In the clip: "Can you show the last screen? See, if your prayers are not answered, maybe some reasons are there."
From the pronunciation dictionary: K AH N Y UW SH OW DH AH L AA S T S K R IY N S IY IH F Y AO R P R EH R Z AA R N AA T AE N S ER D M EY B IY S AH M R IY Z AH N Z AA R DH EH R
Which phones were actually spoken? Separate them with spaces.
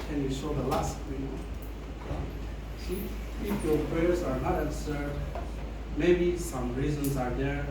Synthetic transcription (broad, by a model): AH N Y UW S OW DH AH L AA S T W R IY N S IY IH F Y AO R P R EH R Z AA R N AA T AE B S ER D M EY B IY S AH M R IY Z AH N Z AA R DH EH R